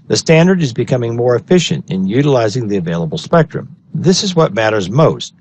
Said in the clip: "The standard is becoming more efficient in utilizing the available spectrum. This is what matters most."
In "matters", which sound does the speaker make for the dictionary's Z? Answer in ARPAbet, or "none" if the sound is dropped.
Z